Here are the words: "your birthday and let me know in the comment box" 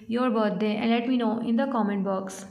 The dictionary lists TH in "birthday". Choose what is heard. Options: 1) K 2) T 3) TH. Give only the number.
2